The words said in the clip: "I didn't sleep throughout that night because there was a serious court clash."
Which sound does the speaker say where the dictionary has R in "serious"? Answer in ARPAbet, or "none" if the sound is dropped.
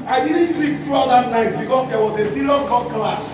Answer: L